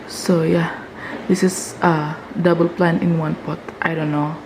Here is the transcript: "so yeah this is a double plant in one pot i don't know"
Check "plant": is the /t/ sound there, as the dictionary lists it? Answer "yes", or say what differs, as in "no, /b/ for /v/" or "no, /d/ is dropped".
no, /t/ is dropped